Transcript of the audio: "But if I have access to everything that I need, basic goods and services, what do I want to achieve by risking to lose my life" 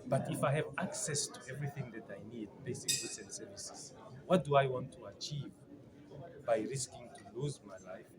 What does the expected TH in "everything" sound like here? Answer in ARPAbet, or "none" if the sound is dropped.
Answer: TH